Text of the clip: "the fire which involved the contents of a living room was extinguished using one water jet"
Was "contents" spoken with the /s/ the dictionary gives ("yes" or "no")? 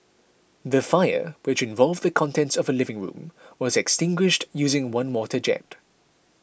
yes